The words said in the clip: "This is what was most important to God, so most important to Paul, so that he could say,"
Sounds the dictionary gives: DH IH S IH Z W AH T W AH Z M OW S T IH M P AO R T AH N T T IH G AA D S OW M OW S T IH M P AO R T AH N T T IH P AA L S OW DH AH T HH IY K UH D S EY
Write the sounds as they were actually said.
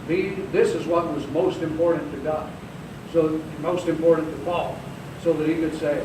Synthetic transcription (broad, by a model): DH IH S IH Z W AH T W AH Z M OW S T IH M P AO R T N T T IH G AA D S OW M OW S T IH M P AO R T N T T IH F AA L S OW DH AH T HH IY K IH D S EY